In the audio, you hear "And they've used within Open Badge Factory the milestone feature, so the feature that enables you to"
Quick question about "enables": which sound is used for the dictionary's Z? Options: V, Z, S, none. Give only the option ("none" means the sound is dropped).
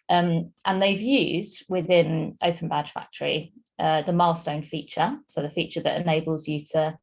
Z